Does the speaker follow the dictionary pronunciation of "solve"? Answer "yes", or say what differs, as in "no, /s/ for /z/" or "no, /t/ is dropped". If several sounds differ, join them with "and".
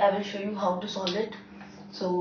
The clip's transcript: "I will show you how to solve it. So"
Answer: no, /v/ is dropped